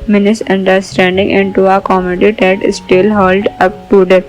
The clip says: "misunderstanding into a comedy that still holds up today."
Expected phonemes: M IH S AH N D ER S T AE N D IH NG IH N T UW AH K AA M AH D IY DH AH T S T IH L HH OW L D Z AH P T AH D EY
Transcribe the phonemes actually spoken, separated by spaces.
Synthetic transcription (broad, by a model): M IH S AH N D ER S T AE N D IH NG IH N T UW AH K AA M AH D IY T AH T S T IH L HH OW L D AH P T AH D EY